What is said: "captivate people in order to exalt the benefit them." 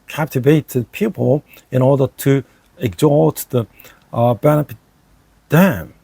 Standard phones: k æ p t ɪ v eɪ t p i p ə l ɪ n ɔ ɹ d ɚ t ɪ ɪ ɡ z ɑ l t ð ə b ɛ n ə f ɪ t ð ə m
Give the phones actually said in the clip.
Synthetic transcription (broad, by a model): k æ p t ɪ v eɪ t p i p ə l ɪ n ɔ ɹ d ɚ t ɪ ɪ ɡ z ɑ t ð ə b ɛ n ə p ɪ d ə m